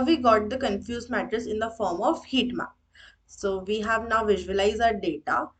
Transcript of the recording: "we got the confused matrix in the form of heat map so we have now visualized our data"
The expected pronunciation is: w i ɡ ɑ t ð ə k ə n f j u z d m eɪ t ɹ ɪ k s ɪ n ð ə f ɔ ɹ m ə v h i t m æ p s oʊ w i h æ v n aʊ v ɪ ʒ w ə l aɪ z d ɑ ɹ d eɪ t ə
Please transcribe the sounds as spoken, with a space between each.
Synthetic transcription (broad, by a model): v i ɡ ɑ t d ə k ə n f j u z m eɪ t ɪ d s ɪ n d ə f ɔ ɹ m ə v h i t m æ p s oʊ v i h æ v n aʊ v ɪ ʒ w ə l aɪ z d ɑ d d eɪ t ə